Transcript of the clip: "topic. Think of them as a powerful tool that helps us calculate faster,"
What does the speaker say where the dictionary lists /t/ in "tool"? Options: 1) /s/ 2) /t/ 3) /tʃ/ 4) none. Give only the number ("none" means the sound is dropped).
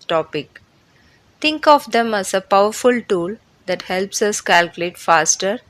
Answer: 2